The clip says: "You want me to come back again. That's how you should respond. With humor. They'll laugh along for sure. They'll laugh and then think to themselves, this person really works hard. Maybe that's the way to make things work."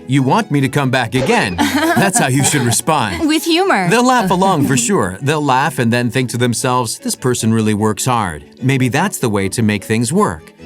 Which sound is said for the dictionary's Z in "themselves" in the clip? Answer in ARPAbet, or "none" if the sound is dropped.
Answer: Z